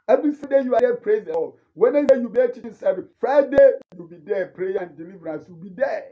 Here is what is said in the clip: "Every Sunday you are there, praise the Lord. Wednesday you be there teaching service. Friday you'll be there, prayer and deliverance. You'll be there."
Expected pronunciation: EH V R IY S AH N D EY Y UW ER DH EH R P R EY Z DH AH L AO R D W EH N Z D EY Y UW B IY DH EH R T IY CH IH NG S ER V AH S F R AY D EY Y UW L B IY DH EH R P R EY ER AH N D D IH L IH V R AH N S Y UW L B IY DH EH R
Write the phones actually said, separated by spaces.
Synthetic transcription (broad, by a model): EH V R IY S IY D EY Y UW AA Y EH P R EY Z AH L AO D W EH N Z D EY Y UW B IY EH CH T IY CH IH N S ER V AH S F R AY D EY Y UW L B IY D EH P R EY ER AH N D D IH L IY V R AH N S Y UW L B IY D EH